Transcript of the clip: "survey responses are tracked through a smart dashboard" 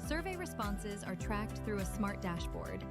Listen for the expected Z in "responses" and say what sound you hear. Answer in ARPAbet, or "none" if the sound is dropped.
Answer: Z